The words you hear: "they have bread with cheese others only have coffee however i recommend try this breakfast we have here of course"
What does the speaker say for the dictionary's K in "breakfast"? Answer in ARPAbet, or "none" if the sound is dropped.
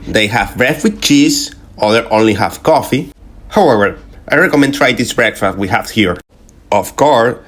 K